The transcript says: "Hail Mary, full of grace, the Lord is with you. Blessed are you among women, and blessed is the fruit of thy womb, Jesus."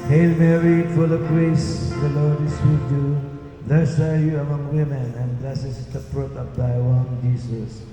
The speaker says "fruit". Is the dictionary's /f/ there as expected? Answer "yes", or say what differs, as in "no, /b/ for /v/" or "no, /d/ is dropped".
no, /p/ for /f/